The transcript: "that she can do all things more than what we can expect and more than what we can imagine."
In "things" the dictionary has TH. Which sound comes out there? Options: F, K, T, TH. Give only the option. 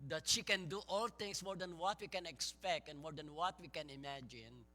T